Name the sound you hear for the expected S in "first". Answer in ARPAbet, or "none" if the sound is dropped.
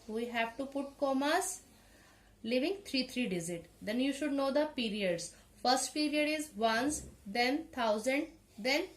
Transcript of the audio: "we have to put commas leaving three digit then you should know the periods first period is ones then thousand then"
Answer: S